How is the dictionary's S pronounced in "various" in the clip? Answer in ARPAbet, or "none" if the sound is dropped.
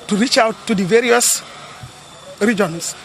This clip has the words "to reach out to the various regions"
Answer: S